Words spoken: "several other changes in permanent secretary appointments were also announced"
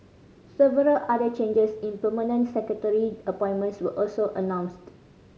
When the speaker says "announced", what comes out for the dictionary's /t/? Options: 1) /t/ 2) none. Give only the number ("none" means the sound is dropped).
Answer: 1